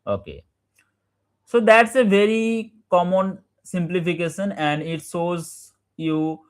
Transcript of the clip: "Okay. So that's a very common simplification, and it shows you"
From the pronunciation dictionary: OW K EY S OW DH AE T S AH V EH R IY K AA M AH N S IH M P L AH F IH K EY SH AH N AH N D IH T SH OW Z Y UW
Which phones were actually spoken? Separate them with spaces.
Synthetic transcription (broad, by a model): OW K EY S OW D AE T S AH V EH R IY K AA M AH N S IH M P L AH F IH K EY SH AH N AH N D IH T S OW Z Y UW